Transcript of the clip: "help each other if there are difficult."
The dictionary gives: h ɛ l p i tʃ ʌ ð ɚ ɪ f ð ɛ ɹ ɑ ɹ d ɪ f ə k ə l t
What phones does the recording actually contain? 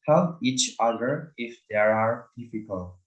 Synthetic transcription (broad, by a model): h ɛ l i tʃ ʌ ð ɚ ɪ f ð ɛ ɹ ɑ ɹ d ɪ f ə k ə l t